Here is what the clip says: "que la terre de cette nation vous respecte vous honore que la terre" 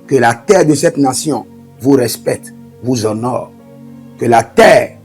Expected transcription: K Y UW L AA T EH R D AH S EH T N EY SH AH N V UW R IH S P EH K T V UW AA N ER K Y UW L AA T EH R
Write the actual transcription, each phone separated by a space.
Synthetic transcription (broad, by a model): K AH L AA T EH R D AH S EH T N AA S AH V UW R IH S P EH K T V UW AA N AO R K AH L AA T EH R